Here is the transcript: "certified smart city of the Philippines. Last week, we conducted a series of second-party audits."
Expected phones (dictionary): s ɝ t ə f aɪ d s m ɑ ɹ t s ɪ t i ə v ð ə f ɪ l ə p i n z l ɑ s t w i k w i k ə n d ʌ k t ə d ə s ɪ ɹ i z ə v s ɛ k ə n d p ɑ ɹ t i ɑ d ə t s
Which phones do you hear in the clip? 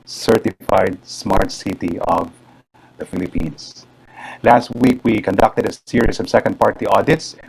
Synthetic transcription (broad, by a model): s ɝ t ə f aɪ d s m ɑ ɹ t s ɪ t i ə v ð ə f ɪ l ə p i n s l ɑ s t w i k w i k ə n d ʌ k t ə d ə s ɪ ɹ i s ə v s ɛ k ə n d p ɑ ɹ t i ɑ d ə t s